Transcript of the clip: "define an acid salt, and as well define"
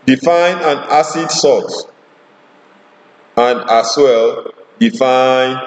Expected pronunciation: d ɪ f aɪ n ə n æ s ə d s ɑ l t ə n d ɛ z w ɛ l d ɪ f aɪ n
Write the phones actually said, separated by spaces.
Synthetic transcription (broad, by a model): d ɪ f aɪ n ə n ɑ s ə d s ɑ t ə n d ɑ s w ɛ l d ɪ f aɪ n